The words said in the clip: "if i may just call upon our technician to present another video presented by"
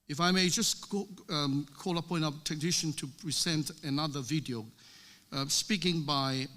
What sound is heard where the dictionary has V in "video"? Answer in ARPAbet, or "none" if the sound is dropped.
V